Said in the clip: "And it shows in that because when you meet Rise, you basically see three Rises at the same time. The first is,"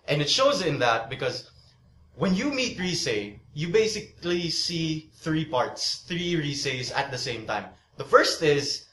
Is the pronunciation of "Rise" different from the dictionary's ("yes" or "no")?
yes